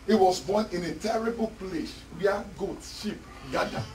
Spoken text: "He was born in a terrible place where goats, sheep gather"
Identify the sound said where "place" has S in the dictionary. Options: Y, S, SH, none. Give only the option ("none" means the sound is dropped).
SH